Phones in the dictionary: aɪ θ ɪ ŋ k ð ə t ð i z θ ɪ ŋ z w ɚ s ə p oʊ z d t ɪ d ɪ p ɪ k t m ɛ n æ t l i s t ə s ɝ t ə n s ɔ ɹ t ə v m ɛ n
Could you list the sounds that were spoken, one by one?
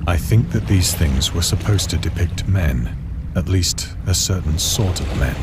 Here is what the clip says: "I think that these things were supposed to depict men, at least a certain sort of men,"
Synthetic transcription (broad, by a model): aɪ θ ɪ ŋ k ð ə t ð i z θ ɪ ŋ z w ɚ s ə p oʊ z t ɪ d ɪ p ɪ k t m ɛ n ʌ t l i s t ə s ɝ t n s ɔ ɹ t ə v m ɛ n